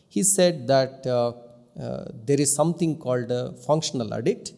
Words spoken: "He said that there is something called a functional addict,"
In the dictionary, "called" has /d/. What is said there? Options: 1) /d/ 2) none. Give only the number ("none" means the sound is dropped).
1